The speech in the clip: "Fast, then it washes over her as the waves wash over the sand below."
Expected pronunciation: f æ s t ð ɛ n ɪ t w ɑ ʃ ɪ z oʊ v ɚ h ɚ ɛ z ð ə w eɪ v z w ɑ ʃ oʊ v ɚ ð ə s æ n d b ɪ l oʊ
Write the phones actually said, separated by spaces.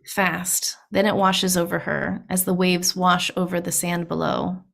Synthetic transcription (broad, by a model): f æ s t ð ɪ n ɪ t w ɑ ʃ ɪ z oʊ v ɚ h ɚ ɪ z ð ə w eɪ v z w ɑ ʃ oʊ v ɚ ð ə s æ n b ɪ l oʊ